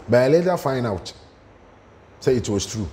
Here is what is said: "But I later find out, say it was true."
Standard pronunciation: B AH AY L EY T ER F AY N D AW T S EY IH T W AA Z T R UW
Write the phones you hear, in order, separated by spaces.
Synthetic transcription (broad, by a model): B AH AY L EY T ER F AY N AW T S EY IH T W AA S T R UW